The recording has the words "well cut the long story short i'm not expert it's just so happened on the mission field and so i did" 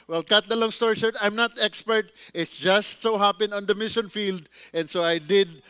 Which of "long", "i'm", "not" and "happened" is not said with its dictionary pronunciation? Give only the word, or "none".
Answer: happened